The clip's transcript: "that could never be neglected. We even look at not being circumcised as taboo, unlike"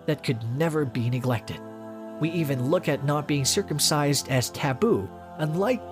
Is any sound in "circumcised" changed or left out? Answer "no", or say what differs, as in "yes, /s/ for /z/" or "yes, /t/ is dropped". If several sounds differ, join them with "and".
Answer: no